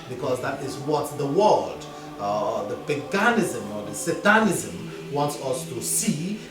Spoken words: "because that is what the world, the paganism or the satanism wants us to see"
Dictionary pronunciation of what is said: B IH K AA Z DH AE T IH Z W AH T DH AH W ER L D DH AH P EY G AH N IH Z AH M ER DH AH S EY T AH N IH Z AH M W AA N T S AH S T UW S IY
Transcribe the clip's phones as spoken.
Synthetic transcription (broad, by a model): B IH K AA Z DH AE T IH Z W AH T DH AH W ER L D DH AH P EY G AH N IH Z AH M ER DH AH S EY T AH N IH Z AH M W AA N T S AH S T UW S IY